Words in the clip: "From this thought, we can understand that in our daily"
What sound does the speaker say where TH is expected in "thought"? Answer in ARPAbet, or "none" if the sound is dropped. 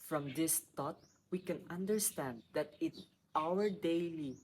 T